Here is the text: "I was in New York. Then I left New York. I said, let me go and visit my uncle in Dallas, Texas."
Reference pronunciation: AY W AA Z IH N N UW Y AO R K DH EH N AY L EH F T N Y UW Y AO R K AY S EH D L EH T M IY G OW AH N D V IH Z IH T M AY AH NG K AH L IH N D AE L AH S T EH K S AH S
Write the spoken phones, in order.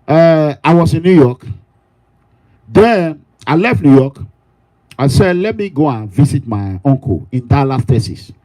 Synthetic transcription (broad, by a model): AY W AA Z IH N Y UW Y AO K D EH AY L EH F T N Y UW Y AO K AY S EH D L EH T M IY G OW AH N V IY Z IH T M AY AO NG K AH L IH N D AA L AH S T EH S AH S